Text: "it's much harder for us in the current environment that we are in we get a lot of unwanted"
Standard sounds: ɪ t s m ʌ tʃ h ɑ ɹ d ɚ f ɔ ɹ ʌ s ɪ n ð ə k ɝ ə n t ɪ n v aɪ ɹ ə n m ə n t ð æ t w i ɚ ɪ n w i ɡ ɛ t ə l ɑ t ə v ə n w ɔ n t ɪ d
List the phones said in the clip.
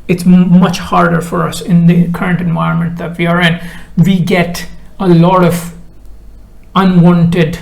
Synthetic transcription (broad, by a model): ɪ t s m ʌ tʃ h ɑ ɹ d ɚ f ɔ ɹ ʌ s ɪ n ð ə k ɝ ə n t ɪ n v aɪ ɹ ə n m ə n t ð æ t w i ɚ ɪ n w i ɡ ɛ t ə l ɑ t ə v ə n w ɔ n t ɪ d